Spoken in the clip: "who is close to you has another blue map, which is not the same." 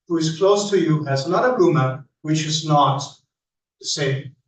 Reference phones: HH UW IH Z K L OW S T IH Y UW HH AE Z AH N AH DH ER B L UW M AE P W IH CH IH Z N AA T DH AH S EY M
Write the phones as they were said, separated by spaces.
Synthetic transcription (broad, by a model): HH UW IH Z K L OW S T IH Y UW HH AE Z AH N AH DH ER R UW M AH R W IH CH IH Z N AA T DH AH S EY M